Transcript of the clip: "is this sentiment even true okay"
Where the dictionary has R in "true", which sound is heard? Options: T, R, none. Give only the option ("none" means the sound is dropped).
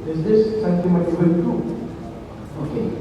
none